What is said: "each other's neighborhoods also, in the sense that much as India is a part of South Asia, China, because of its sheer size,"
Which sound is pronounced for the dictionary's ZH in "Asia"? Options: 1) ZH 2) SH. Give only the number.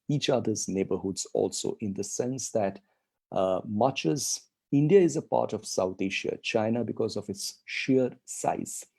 2